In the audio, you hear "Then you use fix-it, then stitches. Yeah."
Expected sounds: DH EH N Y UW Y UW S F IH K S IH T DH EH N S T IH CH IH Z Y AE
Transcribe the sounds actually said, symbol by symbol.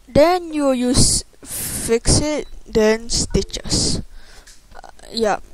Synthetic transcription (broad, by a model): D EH N Y UW Y UW S F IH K S IH T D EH N S T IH CH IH S Y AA